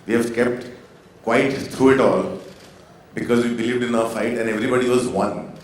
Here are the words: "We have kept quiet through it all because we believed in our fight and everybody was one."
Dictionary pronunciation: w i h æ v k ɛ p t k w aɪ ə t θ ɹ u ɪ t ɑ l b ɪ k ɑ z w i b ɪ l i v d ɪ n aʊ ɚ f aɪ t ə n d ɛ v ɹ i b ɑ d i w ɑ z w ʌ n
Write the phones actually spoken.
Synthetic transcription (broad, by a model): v i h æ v k ɛ p t k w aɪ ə t t ɹ u ɪ t ɑ l b ɪ k ɑ z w i b ɪ l i v d ɪ n aʊ ɚ f aɪ t ə n d ɛ v ɹ i b ɑ d i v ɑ z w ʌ n